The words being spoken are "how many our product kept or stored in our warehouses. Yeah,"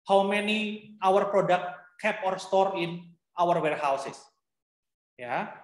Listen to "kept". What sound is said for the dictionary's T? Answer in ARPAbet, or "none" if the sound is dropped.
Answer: none